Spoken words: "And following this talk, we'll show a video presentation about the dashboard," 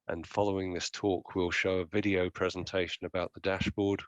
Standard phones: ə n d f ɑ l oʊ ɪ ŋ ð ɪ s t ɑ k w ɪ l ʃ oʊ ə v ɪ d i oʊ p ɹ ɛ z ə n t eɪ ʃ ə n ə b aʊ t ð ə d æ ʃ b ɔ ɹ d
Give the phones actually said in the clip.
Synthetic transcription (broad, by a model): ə n f ɑ l oʊ ɪ ŋ ð ɪ s t ɑ k w ɪ l ʃ oʊ ə v ɪ d i oʊ p ɹ ɛ z ə n t eɪ ʃ ə n ə b aʊ t ð ə d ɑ ʃ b ɔ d